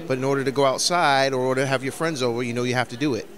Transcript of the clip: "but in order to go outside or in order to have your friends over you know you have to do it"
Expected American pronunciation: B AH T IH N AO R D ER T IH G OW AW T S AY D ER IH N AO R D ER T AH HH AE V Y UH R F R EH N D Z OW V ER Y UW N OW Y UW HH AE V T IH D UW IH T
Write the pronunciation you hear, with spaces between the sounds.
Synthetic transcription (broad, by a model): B AH T IH N AO R D ER T IH G OW AW T S AY D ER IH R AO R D T AH HH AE V Y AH R F R EH N D Z OW V ER Y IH N OW Y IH HH AE F T IH D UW IH T